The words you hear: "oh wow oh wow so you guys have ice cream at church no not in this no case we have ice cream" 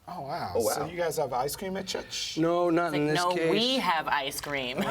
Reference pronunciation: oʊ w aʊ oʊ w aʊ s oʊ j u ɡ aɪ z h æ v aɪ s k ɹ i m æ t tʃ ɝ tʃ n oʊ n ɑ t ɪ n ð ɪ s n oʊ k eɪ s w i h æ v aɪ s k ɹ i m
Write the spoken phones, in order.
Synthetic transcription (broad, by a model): oʊ w aʊ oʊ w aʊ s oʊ j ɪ ɡ aɪ z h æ v aɪ s k ɹ i m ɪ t tʃ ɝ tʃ n oʊ n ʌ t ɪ n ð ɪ n oʊ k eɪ w i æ v aɪ s k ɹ i m